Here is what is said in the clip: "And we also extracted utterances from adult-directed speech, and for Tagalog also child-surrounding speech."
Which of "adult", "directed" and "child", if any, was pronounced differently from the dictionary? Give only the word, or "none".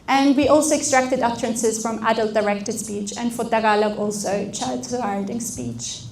child